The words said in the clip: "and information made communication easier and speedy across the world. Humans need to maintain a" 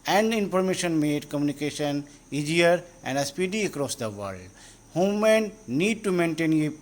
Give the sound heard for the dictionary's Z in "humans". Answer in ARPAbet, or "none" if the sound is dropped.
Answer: none